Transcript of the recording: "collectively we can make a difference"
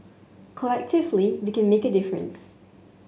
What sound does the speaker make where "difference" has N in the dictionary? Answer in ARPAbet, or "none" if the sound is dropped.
N